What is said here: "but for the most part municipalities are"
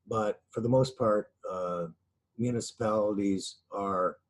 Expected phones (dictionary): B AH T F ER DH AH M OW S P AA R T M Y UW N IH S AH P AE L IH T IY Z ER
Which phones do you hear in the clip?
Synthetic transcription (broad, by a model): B AH T F ER DH AH M OW S P AA R T M Y UW N IH S AH P AE L IH T IY Z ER